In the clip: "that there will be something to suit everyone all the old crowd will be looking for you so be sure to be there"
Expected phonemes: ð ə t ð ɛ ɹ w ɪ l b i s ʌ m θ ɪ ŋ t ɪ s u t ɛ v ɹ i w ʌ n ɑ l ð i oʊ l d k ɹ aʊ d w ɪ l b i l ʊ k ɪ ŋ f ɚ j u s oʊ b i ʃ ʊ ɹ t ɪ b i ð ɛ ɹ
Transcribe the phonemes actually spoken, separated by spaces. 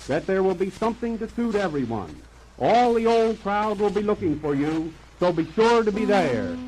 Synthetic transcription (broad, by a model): ð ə t ð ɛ ɹ w ɪ l b i s ʌ m θ ɪ ŋ t ɪ s u t ɛ v ɹ i w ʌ n ɑ l ð i oʊ l d k ɹ aʊ d w ɪ l b i l ʊ k ɪ ŋ f ɚ j u s oʊ b i ʃ ʊ ɹ t ɪ b i ð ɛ ɹ